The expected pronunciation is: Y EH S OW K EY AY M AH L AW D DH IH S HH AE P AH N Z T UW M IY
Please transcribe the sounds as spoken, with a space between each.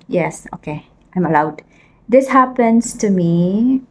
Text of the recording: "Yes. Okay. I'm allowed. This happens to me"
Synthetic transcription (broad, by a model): Y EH S OW K EY AY M AH L AW D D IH S HH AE P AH N S T UW M IY